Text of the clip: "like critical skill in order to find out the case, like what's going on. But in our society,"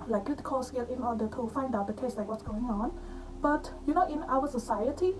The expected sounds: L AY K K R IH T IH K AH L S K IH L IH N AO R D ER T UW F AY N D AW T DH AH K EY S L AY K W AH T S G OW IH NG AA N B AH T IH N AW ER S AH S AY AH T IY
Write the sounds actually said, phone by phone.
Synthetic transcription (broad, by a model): L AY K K IH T K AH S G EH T IH N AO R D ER T UW F AY N D AW T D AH K EY S L AY K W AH T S G OW IH NG AA N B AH T IH N AW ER S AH S AY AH T IY